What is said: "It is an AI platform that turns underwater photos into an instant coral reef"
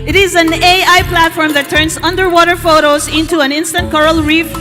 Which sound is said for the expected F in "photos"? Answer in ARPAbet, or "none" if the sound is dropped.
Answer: F